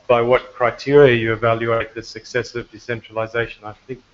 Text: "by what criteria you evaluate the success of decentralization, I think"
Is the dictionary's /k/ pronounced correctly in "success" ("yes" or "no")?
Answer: yes